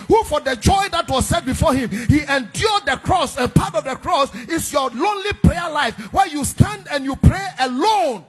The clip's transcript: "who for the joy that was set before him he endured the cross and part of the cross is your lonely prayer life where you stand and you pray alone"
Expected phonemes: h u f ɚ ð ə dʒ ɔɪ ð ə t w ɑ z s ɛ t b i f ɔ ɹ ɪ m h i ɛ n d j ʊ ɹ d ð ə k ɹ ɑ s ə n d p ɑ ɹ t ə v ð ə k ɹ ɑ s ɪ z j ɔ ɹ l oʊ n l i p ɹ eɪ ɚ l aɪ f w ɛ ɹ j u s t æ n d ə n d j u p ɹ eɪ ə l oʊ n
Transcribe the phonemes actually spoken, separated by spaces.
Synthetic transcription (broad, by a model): h u f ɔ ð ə dʒ ɔɪ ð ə t w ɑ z s ɛ t b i f ɔ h ɪ m h i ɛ n d j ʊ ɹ d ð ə k ɹ ɑ s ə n p ɑ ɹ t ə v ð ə k ɹ ɑ s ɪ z j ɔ l oʊ n l i p ɹ eɪ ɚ l aɪ f w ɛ j u s t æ n d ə n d j u p ɹ eɪ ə l oʊ n